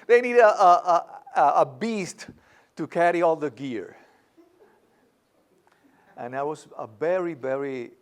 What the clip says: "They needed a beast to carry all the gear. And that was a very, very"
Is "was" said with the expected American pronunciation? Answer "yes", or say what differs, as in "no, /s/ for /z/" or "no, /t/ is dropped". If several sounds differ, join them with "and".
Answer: no, /s/ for /z/